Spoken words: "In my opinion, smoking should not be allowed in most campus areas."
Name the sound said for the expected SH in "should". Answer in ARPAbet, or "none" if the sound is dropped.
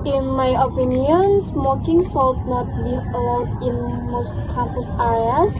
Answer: S